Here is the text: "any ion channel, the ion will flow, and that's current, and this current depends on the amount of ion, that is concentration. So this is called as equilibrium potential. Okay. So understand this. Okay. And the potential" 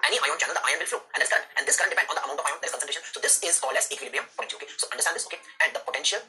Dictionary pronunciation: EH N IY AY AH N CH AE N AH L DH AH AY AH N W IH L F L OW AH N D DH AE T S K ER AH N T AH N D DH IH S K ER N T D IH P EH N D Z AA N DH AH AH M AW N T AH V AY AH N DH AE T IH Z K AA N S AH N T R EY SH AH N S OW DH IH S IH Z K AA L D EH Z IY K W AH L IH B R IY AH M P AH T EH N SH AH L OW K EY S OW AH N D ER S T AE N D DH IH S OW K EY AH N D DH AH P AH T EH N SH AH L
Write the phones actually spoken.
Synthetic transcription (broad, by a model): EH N IY AY AH N CH AE N AH L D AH AY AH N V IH L F L OW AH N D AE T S K ER AH N T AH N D IH S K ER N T D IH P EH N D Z AA N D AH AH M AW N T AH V AY AH N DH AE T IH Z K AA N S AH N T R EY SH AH N S OW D IH S IH Z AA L EH S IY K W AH L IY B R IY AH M P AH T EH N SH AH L OW K EY S OW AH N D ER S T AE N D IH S OW K EY AH N D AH P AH T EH N SH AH L